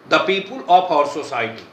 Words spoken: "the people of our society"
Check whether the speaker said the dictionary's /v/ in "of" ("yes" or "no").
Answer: no